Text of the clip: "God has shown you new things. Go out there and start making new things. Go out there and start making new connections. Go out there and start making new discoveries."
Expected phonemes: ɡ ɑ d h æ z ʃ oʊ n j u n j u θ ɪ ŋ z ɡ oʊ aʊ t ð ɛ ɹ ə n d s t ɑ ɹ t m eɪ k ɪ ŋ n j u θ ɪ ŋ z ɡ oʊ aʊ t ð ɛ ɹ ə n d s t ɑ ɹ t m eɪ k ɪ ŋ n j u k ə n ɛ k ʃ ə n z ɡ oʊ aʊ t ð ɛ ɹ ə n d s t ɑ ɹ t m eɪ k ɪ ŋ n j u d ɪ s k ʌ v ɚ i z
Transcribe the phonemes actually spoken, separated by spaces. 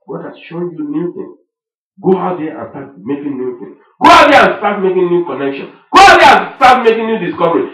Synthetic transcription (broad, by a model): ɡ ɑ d h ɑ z ʃ oʊ n j u n j u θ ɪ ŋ s ɡ oʊ aʊ t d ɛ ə n s t ɑ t m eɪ k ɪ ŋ n j u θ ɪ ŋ s ɡ oʊ aʊ t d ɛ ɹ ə n s t ɑ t m eɪ k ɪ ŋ n j u k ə n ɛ k ʃ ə n ɡ oʊ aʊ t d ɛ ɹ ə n s t ɑ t m eɪ k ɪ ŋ n j u d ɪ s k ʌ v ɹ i